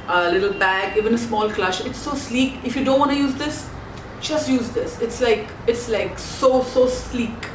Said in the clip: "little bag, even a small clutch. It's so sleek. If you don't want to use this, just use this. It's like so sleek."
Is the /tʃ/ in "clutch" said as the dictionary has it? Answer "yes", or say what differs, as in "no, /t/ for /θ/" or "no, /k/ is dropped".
no, /ʃ/ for /tʃ/